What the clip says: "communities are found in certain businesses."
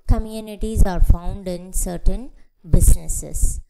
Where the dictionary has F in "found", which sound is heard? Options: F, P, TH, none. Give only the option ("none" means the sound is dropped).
F